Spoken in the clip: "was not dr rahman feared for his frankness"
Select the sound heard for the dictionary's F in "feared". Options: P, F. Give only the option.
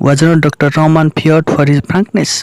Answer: P